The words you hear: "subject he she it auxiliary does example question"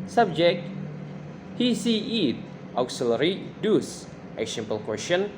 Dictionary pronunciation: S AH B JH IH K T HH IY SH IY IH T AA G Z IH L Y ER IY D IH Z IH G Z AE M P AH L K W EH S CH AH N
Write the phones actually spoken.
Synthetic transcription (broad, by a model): S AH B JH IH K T HH IY S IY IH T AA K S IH L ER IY D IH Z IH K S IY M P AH L K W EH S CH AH N